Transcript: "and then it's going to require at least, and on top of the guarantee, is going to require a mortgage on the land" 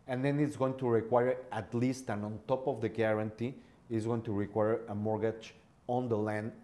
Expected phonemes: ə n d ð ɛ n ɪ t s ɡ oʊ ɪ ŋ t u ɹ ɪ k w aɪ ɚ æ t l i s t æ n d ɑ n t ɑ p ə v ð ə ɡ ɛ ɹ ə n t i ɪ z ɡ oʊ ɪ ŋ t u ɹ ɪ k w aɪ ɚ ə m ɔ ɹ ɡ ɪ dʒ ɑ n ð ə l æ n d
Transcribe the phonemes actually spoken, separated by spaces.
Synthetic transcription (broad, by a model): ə n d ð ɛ n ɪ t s ɡ oʊ ɪ ŋ t u ɹ ɪ k w aɪ ɚ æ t l i s t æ n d ɑ n t ɑ p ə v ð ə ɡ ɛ ɹ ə n t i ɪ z ɡ oʊ ɪ ŋ t u ɹ ɪ k w aɪ ɚ ə m ɔ ɹ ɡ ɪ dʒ ɑ n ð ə l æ n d